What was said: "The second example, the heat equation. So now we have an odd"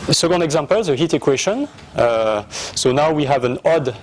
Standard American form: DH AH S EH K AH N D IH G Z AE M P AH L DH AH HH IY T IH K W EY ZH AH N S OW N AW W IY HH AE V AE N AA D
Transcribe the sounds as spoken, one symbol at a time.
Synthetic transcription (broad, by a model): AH S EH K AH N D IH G Z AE M P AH L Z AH HH IY T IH K W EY SH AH N S OW N AW W IY HH AE V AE N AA D